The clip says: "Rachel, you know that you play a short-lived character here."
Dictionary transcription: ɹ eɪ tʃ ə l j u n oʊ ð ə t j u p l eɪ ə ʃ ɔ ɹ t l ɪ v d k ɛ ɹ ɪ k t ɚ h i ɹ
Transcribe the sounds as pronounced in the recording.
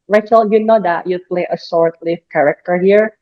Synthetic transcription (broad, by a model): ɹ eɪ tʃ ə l j u n oʊ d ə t j u p l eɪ ə s ɔ ɹ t l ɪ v k ɛ ɹ ɪ k t ɚ h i ɹ